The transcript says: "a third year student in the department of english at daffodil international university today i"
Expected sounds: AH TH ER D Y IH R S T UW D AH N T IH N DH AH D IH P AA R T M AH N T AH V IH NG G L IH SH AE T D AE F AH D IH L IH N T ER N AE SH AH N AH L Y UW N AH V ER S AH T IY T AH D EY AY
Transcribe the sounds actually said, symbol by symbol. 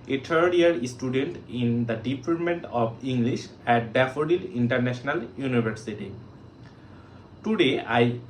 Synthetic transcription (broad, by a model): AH T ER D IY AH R S T UW D AH N T IH N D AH D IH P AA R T M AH N T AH B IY NG G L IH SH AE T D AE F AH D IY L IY N T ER N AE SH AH N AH L Y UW N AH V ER S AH T IY T AH D EY AY